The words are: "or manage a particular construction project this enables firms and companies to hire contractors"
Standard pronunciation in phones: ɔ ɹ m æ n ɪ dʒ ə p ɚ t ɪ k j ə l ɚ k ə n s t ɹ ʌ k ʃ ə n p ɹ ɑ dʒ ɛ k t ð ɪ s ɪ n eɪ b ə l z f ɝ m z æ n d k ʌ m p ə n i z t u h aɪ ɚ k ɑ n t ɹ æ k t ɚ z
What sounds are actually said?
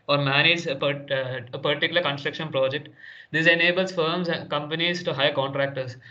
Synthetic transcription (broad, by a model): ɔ ɹ m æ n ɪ dʒ ə p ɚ t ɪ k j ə l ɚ k ə n s t ɹ ʌ k ʃ ə n p ɹ ɑ dʒ ɛ k t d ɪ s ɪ n eɪ b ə l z f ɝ m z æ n k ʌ m p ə n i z t u h aɪ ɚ k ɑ n t ɹ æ k t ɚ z